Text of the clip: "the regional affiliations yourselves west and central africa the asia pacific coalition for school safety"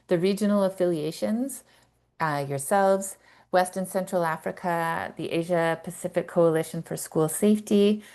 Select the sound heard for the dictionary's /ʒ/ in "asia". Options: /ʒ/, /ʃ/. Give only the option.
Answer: /ʒ/